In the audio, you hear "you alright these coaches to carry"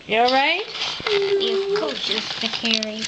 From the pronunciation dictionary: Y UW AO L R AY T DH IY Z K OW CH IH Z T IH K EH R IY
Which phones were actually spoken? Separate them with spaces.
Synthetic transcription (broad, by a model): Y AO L R AY T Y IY K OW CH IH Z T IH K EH R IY